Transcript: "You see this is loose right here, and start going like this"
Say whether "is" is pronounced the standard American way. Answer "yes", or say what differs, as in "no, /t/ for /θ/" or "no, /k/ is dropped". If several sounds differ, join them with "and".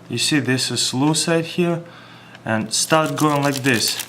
no, /s/ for /z/